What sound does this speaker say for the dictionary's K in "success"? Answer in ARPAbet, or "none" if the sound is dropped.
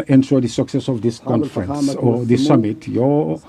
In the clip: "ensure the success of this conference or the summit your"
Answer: K